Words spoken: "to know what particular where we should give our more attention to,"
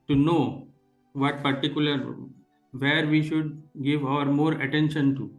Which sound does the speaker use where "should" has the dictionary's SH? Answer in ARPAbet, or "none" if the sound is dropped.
SH